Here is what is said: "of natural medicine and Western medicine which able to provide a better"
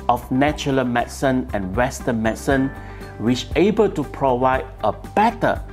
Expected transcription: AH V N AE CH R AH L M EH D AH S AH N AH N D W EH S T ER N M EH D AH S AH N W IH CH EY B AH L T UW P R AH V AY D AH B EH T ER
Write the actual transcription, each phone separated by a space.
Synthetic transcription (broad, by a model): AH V N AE CH AH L M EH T S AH N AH N W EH S T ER N M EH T S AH N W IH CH EY B AH L T UW P R AH V AY D AH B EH T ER